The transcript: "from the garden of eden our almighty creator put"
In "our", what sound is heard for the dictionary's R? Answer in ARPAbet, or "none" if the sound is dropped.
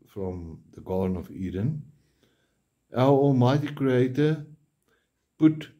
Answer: L